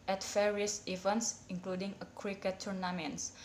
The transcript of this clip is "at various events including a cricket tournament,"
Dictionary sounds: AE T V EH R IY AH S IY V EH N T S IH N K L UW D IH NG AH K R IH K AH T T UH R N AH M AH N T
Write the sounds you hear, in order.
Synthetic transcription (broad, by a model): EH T F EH R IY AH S IY V EH N T S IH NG K L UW D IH NG AH K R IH K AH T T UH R N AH M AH N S